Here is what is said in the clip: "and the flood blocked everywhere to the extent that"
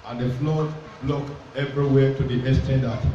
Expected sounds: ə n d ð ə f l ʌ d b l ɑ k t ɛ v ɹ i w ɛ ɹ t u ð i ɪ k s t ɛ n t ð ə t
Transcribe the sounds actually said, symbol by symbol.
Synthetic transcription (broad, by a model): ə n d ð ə f l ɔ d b l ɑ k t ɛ v ɹ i w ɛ t u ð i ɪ s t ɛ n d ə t